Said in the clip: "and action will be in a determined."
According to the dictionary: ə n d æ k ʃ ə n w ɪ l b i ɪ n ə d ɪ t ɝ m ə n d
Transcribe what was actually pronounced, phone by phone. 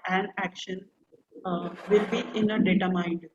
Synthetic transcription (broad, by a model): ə n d æ k ʃ ə n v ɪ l b i ɪ n ə d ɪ t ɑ m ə n d